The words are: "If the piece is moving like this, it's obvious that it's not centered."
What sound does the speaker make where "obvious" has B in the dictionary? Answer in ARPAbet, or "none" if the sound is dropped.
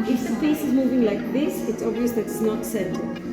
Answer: B